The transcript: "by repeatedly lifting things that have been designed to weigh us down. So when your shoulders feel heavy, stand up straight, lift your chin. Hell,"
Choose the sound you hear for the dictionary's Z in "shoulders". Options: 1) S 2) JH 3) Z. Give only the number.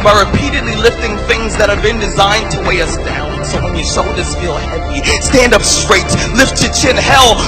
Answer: 1